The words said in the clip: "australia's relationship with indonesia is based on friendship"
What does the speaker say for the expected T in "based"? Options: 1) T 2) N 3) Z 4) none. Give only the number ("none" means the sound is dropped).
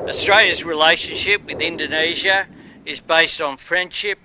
1